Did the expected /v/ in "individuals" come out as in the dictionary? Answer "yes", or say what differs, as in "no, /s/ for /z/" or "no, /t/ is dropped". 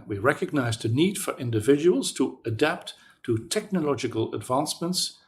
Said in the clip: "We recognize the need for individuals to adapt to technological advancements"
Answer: yes